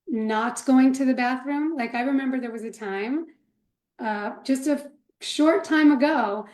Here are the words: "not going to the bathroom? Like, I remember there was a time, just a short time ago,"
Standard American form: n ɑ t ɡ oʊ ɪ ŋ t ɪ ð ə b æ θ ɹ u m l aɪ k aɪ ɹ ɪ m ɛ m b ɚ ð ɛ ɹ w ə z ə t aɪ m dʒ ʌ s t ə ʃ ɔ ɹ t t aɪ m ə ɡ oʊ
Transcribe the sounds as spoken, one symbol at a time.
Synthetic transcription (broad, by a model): n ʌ t ɡ oʊ ɪ ŋ t ɪ ð ə b æ θ ɹ u m l aɪ k aɪ ɹ ɪ m ɛ m b ɚ ð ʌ ɹ w ə z ə t aɪ m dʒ ʌ s t ə ʃ ɔ ɹ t t aɪ m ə ɡ oʊ